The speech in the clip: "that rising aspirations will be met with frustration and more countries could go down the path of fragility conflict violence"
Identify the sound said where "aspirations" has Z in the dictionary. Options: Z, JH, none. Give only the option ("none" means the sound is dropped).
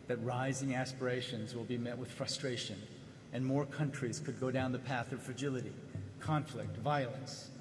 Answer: Z